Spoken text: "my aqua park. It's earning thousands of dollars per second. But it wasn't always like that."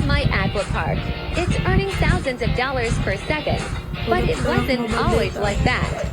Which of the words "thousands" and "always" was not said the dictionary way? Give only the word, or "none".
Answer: none